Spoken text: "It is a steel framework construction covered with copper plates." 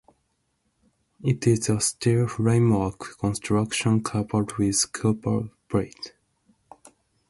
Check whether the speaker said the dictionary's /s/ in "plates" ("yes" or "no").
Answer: no